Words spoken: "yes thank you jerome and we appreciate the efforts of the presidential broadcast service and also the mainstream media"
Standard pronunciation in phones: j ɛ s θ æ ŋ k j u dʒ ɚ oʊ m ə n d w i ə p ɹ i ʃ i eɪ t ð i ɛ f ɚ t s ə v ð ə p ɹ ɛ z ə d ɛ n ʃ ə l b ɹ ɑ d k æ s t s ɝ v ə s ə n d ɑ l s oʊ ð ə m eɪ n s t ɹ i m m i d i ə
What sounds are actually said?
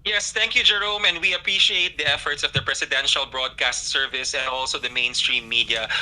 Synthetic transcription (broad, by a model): j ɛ s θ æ ŋ k j u dʒ ɚ oʊ m ə n d w i ə p ɹ i ʃ i eɪ t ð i ɛ f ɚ t s ə v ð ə p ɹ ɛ s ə d ɛ n ʃ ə l b ɹ ɑ d k æ s t s ɝ v ə s ə n d ɑ l s oʊ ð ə m eɪ n s t ɹ i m m i d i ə